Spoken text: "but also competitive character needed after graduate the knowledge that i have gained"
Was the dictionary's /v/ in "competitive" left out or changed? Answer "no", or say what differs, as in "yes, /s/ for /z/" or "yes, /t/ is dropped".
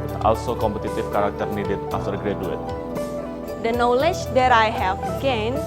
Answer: yes, /f/ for /v/